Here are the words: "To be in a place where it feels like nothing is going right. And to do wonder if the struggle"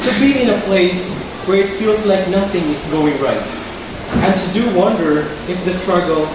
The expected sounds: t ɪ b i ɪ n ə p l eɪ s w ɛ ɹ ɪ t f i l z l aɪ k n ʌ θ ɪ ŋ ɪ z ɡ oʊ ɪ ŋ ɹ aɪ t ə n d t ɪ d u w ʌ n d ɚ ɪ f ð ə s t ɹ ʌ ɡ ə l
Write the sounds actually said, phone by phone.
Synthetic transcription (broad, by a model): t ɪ b i ɪ n ə p l eɪ s w ɛ ɹ ɪ t f i l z l aɪ k n ʌ θ ɪ ŋ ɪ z ɡ oʊ ɪ ŋ ɹ aɪ t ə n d t ɪ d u w ʌ n d ɚ ɪ f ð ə s t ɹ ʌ ɡ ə l